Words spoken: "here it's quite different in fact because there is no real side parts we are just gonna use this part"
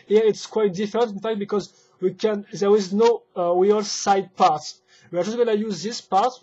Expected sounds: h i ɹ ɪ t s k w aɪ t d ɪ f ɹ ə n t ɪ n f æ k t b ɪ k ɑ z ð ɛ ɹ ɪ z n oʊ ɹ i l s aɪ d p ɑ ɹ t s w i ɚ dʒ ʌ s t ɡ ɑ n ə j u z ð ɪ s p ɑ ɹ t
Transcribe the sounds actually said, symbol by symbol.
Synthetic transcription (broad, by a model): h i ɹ ɪ t s k w aɪ t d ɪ f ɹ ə n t ɪ n f æ k t b ɪ k ɑ z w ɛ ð ɪ z n oʊ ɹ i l s aɪ d p ɑ ɹ t s w i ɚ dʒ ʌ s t ɡ ɑ n ə j u z ð ɪ s p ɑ ɹ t